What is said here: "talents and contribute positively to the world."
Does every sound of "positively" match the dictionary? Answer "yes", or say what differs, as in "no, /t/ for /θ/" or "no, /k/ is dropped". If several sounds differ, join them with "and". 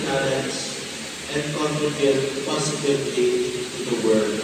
no, /s/ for /z/